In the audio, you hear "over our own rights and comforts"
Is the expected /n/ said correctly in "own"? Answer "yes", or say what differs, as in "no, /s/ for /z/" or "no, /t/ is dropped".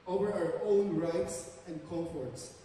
yes